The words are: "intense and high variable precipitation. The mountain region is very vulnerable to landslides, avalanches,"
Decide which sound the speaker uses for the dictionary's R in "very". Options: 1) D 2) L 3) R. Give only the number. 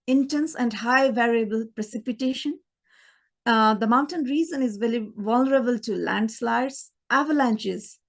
2